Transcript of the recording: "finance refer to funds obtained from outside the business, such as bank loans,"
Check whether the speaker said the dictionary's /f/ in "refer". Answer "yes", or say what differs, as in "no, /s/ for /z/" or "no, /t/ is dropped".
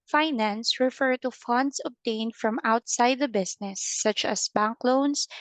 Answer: yes